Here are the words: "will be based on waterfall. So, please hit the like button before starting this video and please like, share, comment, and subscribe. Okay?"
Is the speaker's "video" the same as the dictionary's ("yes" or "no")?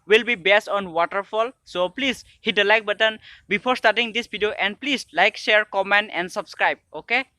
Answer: no